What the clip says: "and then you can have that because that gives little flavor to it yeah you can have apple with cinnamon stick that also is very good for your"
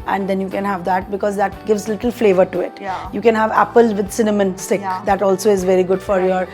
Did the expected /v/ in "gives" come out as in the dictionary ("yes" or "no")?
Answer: yes